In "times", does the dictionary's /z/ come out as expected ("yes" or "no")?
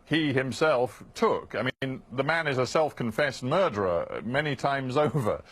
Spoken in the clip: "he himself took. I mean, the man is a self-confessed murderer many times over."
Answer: yes